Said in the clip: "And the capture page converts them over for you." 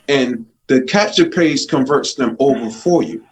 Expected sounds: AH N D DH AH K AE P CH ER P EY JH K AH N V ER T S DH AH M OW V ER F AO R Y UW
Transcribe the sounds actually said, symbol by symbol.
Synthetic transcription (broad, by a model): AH N DH AH K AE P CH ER P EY Z K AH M V ER T S DH AH M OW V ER F AO R Y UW